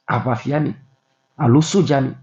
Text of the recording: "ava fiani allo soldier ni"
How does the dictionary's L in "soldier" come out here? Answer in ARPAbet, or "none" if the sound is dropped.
none